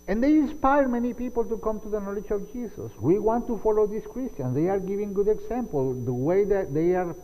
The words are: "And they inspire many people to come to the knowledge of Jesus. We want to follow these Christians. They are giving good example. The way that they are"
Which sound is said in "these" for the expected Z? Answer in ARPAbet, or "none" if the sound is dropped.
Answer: S